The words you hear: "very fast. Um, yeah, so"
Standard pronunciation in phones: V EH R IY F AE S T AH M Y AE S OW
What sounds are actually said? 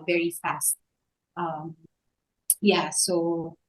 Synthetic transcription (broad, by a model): V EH R IY F AE S T AH M Y AE S OW